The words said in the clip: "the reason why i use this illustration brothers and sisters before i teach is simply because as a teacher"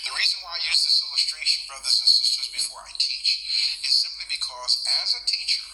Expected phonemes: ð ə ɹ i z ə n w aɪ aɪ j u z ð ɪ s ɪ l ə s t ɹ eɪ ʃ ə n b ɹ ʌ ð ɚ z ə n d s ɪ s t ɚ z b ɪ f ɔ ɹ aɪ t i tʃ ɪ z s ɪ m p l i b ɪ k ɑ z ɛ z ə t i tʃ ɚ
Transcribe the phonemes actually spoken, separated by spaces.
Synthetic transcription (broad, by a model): ð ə ɹ i z ə n w aɪ aɪ j u z ð ɪ s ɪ l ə s t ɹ eɪ ʃ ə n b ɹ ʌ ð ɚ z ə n s ɪ s t ɚ z b ɪ f ɔ ɹ aɪ t i tʃ ɪ z s ɪ m p l i b ɪ k ɑ z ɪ z ə t i tʃ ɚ